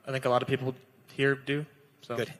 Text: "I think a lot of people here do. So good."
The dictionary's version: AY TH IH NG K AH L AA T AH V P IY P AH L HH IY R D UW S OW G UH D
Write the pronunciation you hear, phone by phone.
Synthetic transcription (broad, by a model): AY TH IH NG K AH L AA T AH V P IY P L HH IY R D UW S OW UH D